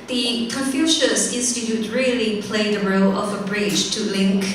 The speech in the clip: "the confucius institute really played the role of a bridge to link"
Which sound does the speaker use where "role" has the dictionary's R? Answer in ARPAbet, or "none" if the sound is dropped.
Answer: R